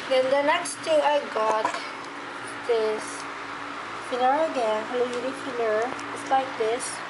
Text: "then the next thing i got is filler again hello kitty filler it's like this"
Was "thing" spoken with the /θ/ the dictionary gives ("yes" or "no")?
no